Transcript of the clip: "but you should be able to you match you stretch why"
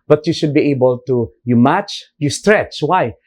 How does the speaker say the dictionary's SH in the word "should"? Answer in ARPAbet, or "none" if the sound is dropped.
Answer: SH